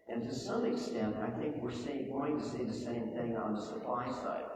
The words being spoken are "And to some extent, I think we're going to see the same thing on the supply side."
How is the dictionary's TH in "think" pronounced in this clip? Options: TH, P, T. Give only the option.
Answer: TH